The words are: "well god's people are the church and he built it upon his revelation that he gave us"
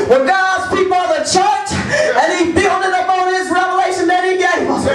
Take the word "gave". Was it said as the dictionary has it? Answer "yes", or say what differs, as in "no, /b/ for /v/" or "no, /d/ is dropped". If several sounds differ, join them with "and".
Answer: no, /v/ is dropped